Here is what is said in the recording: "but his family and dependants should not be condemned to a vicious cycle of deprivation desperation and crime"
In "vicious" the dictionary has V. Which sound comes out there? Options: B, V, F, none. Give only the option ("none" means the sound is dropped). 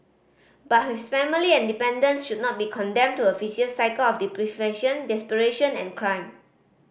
F